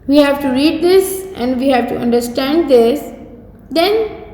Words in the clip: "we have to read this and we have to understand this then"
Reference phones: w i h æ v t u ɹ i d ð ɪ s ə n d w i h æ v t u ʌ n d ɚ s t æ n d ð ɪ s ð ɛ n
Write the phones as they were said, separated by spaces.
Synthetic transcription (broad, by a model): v i h æ v t u ɹ i d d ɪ s ə n d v i h æ v t u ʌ n d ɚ s t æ n d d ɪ s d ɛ n